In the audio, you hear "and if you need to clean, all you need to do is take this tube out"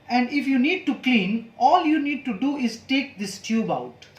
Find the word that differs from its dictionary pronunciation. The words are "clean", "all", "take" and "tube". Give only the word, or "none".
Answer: none